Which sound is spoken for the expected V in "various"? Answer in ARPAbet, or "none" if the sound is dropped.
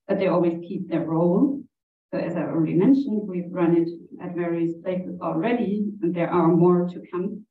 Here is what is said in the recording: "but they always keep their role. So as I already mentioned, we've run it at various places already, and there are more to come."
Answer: V